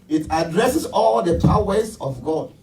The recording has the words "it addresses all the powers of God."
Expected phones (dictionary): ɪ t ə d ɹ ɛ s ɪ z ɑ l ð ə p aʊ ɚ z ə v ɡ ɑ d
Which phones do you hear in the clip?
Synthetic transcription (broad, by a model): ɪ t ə d ɹ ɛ s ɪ s ɑ l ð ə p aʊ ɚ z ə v ɡ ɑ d